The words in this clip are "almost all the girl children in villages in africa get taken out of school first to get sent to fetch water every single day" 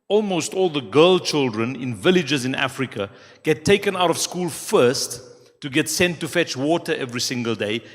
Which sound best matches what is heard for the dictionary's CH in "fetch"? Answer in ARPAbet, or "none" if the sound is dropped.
CH